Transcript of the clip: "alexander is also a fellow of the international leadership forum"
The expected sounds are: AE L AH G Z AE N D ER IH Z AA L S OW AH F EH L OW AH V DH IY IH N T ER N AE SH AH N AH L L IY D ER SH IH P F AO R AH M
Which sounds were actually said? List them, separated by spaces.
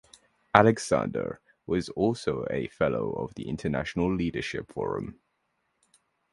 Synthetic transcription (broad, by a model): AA L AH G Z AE N D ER IH Z AA L S OW AH F EH L OW AH V DH IY IH N T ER N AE SH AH N AH L L IY D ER SH IH P F AO R AH M